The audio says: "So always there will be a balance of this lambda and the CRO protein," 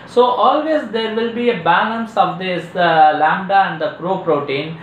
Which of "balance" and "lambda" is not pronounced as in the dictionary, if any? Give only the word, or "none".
none